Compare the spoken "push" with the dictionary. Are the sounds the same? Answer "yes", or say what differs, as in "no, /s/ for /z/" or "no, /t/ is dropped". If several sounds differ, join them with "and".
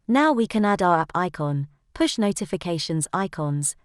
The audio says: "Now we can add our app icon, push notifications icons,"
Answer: yes